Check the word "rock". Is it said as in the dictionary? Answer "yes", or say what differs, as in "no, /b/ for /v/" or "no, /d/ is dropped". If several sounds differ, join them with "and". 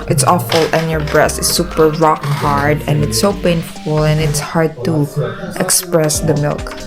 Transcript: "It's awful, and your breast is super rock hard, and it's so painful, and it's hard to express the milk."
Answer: yes